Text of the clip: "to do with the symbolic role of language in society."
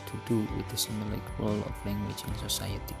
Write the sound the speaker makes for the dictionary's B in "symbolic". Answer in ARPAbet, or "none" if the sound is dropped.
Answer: none